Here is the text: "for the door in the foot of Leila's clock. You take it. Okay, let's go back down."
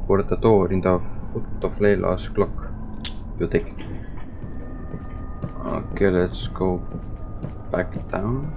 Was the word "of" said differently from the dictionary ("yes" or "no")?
yes